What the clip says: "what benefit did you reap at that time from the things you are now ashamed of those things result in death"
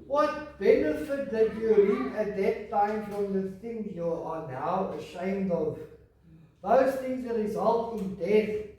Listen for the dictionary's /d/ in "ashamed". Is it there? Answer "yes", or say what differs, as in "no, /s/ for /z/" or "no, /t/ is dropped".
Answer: yes